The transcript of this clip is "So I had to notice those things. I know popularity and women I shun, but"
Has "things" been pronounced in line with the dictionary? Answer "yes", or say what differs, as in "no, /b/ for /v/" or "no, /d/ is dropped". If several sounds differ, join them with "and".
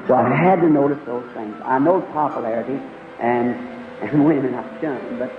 yes